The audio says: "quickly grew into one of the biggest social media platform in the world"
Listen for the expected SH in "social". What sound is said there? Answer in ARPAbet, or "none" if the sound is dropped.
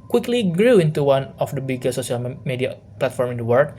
S